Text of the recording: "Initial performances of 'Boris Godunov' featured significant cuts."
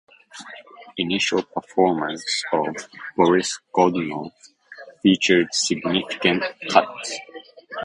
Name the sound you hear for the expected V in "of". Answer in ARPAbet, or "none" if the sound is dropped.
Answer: V